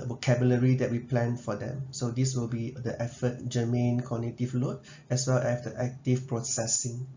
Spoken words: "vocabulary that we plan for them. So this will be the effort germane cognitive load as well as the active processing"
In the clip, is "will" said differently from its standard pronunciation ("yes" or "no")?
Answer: no